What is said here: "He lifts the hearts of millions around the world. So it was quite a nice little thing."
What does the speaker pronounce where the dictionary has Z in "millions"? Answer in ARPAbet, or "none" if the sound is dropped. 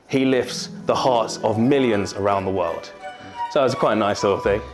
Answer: Z